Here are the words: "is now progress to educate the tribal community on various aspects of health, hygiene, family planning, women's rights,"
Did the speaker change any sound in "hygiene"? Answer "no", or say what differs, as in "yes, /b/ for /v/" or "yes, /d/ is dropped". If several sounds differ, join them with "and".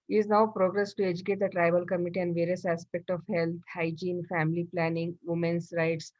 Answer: no